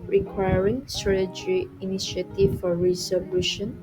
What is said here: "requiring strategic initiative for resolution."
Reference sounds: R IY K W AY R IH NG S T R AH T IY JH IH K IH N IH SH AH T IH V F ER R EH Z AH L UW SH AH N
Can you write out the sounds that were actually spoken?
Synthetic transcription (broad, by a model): R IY K W AY R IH NG S T R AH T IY JH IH IH N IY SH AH T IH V F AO R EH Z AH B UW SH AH N